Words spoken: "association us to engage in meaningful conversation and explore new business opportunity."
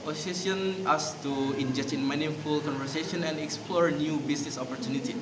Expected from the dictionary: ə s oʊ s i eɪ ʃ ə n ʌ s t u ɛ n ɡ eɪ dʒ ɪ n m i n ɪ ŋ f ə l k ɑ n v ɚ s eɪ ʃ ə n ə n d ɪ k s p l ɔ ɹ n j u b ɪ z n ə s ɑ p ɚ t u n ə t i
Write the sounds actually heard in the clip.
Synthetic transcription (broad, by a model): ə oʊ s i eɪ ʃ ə n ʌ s t u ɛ n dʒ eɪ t ɪ n m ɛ n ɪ f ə l k ɑ n v ɚ s eɪ ʃ ə n ə n d ɪ k s p l ɔ ɹ n j u b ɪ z n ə s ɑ p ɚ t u n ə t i